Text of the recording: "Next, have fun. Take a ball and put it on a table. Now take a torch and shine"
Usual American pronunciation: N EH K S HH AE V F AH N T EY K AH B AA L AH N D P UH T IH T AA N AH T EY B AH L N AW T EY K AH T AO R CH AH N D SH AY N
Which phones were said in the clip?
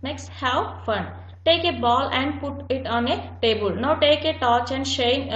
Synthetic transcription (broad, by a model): N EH K S HH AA W F AH N T EY K AH B AA L AH N D P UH T IH T AA N AH T EY B AH L N AW T EY K AH T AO CH AH N D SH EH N